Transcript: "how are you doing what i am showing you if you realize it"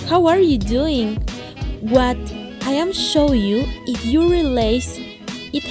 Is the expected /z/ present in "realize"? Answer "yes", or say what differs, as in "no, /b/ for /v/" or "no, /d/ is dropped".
no, /s/ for /z/